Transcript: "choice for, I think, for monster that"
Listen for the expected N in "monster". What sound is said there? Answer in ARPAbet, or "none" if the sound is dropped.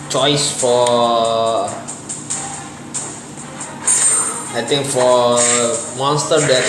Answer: N